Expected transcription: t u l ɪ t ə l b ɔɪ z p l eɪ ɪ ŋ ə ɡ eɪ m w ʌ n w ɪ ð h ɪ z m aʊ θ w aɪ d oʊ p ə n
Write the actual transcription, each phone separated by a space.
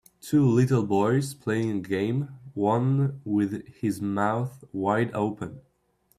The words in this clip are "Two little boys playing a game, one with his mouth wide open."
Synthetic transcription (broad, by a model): t u l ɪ t l b ɔɪ z p l eɪ ɪ ŋ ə ɡ eɪ m w ʌ n w ɪ ð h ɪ z m aʊ θ w aɪ d oʊ p ə n